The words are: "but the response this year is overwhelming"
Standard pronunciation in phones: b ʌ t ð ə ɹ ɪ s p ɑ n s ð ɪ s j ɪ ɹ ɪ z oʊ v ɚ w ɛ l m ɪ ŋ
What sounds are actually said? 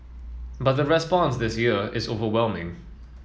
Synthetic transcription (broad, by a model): b ʌ t ð ə ɹ ɪ s p ɑ n s ð ɪ s j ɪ ɹ ɪ z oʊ v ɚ w ɛ l m ɪ ŋ